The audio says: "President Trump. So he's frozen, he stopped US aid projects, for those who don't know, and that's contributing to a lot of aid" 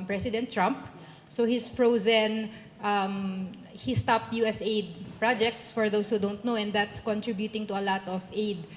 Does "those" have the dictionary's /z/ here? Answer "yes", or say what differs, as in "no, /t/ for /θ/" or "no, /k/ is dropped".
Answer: no, /s/ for /z/